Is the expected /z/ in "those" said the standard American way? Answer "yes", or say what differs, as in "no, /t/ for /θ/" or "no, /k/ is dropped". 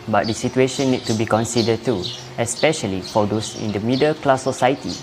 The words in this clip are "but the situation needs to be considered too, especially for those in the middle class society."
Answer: no, /s/ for /z/